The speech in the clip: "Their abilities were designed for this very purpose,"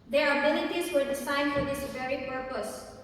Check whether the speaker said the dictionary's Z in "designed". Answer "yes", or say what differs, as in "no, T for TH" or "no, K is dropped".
no, S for Z